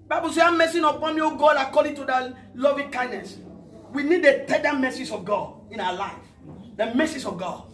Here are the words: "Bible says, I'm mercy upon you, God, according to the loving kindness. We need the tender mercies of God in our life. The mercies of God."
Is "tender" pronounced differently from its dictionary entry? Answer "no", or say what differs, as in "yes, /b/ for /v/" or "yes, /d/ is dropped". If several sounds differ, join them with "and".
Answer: yes, /n/ is dropped